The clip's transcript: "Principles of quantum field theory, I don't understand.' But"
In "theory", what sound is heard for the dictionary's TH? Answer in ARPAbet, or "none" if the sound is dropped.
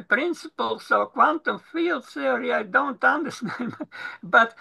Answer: S